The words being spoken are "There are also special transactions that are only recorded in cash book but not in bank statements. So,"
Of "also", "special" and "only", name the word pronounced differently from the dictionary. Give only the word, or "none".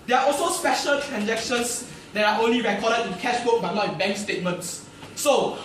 none